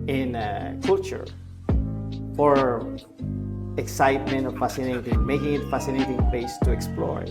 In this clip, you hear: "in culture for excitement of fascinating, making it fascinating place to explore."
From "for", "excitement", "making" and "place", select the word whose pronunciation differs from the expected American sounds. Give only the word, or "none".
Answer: place